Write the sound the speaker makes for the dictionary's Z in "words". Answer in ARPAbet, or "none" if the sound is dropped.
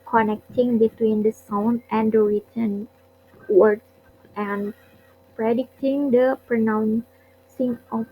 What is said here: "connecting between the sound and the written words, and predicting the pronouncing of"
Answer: none